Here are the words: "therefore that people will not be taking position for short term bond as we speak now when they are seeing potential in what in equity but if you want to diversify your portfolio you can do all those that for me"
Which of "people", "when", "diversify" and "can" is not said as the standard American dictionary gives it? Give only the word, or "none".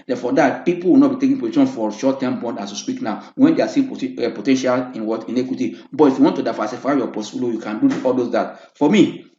diversify